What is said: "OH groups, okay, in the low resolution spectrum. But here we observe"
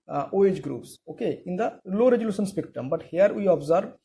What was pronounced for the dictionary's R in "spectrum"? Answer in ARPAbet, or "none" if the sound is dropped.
none